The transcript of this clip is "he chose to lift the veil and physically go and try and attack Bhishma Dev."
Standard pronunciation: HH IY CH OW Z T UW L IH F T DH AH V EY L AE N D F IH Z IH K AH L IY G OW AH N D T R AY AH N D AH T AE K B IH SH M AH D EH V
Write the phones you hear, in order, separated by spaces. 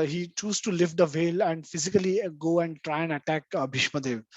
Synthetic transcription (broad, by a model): HH IY CH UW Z T UW L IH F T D AH V EY L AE N D F IH Z IH K AH L IY G OW AH N D T R AY AH N D AH T AE K B IH SH M AH D EH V